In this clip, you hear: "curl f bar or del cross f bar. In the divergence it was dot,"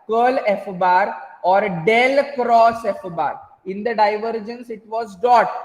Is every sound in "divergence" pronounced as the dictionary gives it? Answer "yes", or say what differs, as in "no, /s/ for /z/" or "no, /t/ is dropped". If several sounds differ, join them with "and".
yes